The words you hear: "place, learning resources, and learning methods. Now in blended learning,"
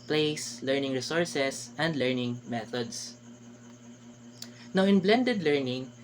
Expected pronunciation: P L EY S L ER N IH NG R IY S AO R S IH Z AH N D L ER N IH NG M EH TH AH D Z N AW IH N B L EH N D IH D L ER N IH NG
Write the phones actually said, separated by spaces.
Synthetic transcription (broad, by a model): P L EY S L ER N IH NG R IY S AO R S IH S AH N D L ER N IH NG M EH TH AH D S N AW IH N B L EH N D IH D L ER N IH NG